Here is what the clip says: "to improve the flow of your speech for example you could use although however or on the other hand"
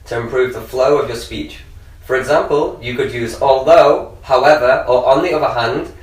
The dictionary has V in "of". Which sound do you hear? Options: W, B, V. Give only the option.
V